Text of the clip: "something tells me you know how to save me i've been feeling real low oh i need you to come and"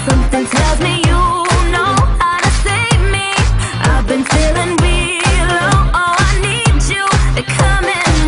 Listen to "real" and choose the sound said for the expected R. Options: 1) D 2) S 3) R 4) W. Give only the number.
4